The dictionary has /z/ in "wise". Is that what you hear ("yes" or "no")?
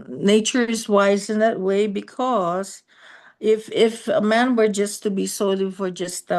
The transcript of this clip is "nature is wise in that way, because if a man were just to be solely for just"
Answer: yes